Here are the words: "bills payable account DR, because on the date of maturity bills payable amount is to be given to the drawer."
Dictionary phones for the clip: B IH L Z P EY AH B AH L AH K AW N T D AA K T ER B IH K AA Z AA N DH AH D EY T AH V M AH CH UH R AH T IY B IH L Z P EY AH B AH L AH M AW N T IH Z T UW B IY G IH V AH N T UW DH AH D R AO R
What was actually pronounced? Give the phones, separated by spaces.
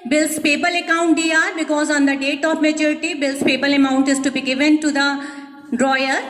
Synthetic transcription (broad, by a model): B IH L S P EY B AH L AH K AW N T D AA T B IH K AA Z AA N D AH D EY T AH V M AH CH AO R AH T IY B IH L S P EY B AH L AH M AW N T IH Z T UW B IY G IH V AH N T UW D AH D R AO R